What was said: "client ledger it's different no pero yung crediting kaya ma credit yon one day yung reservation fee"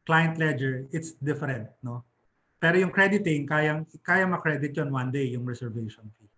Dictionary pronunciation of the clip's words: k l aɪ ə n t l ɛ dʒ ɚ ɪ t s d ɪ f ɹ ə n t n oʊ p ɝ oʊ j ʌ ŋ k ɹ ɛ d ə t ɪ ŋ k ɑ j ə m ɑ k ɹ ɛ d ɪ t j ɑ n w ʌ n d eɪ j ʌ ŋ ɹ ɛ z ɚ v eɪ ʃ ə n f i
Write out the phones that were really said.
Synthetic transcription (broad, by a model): k l aɪ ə n t l ɛ dʒ ɚ ɪ t s d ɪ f ɹ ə n t n oʊ p ɝ oʊ j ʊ ŋ k ɹ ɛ d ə t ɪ ŋ k ɑ j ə m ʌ k ɹ ɛ d ɪ t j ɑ n w ʌ n d eɪ j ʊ ŋ ɹ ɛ s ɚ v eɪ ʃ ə n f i